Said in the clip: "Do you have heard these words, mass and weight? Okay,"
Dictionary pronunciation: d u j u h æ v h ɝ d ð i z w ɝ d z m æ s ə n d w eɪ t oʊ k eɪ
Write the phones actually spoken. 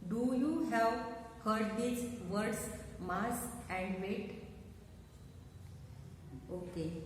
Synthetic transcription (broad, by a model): d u j u h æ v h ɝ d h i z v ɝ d s m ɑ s ə n d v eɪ t oʊ k eɪ